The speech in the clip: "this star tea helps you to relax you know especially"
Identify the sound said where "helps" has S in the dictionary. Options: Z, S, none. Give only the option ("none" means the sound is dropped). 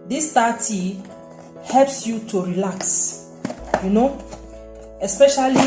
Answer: S